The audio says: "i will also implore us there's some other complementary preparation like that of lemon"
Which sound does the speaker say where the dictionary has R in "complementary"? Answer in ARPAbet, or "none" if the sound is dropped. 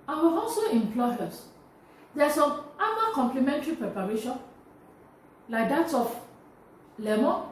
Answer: R